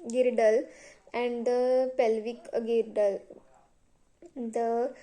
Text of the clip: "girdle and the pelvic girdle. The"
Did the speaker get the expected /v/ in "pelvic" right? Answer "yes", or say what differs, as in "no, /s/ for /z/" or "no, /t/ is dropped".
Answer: yes